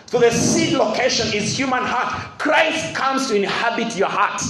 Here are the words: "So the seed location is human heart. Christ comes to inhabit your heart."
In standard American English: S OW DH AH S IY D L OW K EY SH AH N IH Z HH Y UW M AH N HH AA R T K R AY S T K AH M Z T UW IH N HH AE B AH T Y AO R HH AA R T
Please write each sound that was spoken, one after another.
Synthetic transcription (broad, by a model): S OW DH AH S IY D L OW K EY SH AH N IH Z HH Y UW M AH N HH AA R T K R AY S T K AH M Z T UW IH N HH AE B AH T Y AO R HH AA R T